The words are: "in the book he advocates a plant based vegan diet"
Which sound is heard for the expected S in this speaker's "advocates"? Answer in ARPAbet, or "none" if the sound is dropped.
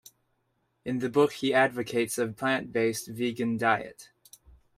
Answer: S